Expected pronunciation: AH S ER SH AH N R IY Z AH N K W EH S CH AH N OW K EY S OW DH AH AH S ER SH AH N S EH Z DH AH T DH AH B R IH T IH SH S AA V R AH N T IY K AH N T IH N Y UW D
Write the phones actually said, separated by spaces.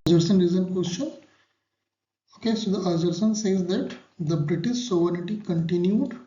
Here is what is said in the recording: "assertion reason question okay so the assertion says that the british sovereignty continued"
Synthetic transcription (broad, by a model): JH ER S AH N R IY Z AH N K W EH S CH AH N OW K EY S OW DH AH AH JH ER S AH N S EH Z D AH T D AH B R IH T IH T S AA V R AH T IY K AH N T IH N Y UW D